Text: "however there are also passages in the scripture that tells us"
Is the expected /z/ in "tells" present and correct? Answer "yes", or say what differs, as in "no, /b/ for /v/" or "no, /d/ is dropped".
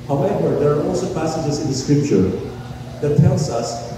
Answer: no, /s/ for /z/